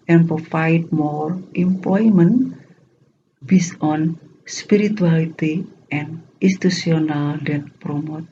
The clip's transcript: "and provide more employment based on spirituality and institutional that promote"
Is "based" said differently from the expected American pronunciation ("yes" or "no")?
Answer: yes